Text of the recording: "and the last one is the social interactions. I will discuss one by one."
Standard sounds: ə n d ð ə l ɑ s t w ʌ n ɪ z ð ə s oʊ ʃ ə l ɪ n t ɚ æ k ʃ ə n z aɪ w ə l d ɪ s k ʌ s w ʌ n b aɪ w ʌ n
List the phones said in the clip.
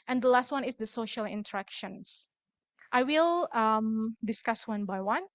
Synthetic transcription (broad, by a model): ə n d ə l ɑ s t w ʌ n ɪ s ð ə s oʊ ʃ ə l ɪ n t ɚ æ k ʃ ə n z aɪ w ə l d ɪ s k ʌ s w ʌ n b aɪ w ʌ n